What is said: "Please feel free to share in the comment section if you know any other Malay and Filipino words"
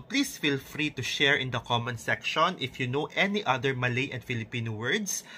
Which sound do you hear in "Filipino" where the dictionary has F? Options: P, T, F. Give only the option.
F